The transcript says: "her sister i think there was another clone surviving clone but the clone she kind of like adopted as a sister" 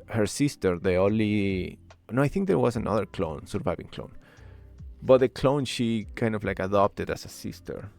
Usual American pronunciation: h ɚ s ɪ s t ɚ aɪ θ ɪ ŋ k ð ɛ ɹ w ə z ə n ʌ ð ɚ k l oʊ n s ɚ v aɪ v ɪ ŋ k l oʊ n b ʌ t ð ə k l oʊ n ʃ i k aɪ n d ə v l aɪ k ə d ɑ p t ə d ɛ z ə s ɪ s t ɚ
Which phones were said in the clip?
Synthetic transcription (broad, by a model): h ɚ s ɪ s t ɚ aɪ θ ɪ ŋ k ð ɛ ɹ w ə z ə n ʌ ð ɚ k l oʊ n s ɚ v aɪ v ɪ ŋ k l oʊ n b ʌ t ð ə k l oʊ n ʃ i k aɪ n d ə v l aɪ k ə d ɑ p t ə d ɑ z ə s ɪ s t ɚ